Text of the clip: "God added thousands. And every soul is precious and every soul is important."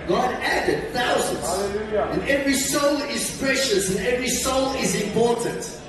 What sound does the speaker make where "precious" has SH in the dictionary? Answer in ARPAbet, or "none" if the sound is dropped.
SH